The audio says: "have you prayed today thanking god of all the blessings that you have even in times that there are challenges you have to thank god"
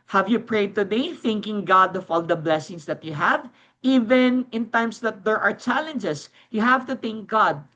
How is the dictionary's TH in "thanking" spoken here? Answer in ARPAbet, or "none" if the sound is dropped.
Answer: TH